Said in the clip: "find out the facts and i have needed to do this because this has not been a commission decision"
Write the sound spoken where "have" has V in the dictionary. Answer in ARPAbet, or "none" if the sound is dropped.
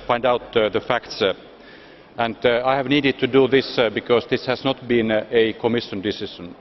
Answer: V